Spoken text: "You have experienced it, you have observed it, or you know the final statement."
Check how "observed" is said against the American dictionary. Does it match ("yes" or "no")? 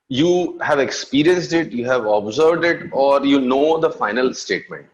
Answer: yes